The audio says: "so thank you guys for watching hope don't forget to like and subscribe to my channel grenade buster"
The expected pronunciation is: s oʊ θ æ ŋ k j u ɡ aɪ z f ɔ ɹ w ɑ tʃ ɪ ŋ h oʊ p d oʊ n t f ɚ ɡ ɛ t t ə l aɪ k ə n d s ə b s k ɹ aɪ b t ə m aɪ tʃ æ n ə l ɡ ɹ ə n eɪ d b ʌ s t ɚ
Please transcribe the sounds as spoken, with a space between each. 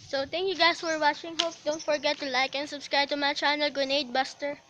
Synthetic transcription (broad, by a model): s oʊ t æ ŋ k j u ɡ aɪ s f ɔ ɹ w ɑ tʃ ɪ ŋ h oʊ p d oʊ n t f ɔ ɡ ɛ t t ə l aɪ k ə n d s ə b s k ɹ aɪ b t ə m aɪ tʃ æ n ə l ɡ ə n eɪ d b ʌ s t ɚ